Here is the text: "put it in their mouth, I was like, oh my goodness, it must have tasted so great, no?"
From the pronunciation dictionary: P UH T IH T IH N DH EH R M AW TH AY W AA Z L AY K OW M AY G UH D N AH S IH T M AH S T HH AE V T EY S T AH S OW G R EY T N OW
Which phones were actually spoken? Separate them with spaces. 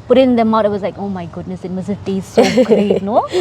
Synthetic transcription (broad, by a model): P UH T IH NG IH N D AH M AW T AY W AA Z L AY K OW M AY G UH D N AH S IH T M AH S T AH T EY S S OW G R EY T N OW